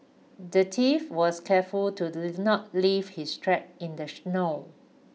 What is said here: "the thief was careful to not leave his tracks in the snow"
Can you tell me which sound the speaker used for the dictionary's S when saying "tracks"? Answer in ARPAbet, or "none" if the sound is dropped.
none